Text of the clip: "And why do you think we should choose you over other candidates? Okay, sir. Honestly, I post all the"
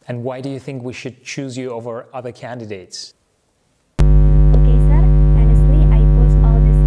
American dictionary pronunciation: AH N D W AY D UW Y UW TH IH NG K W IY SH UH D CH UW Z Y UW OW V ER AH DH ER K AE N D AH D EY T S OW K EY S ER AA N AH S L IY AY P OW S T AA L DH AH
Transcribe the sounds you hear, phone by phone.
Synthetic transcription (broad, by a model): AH N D W AY D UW Y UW TH IH NG K W IY SH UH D CH UW Z Y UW OW V ER AH DH ER K AE N D AH D EY T S OW K EY S ER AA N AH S L IY AY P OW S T AA L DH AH